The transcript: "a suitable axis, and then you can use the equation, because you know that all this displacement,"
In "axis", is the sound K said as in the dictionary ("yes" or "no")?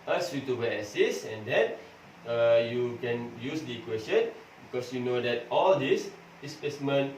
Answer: no